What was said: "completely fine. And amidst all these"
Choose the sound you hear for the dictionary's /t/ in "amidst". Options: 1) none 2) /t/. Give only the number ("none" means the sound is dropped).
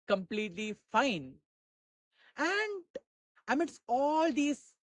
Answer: 1